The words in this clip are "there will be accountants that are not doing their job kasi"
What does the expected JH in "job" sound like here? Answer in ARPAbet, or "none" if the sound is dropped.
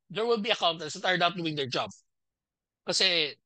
JH